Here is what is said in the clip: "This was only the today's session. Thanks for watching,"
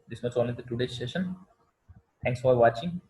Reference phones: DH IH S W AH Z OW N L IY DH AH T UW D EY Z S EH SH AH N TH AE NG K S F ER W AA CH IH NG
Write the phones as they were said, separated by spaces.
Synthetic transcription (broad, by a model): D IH S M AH S OW N L IY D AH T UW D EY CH S EH SH AH N T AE NG K S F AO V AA CH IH NG